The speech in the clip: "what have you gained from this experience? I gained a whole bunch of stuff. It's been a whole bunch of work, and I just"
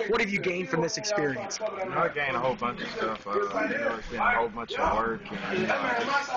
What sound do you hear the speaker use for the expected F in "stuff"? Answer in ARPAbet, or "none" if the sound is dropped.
F